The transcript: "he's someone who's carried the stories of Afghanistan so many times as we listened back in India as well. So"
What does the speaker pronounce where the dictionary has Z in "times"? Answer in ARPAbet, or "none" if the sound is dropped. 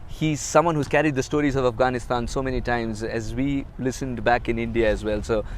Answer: Z